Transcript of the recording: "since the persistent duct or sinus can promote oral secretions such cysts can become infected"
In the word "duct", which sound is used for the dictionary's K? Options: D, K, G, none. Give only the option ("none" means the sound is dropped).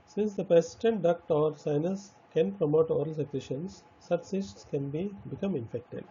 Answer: K